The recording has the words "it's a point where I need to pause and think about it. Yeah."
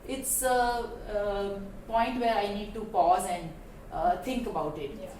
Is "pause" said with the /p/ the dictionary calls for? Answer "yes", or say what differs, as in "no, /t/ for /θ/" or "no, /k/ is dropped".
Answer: yes